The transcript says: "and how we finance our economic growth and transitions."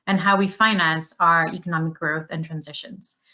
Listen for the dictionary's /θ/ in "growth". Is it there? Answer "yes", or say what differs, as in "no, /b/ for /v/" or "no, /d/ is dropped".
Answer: yes